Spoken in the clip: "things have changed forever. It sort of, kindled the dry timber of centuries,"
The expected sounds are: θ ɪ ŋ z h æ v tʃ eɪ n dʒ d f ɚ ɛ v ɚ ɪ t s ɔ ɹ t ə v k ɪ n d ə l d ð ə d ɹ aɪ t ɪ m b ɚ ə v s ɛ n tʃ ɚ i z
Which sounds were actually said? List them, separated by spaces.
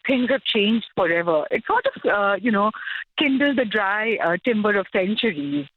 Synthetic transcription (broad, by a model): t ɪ ŋ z h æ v tʃ eɪ n dʒ d f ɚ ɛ v ɚ ɪ t s ɔ ɹ t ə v k ɪ n d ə l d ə d ɹ aɪ t ɪ m b ɚ ə v s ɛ n tʃ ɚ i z